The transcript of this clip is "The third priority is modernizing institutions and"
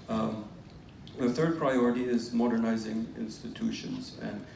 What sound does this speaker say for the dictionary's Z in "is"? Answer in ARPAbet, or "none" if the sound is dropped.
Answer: Z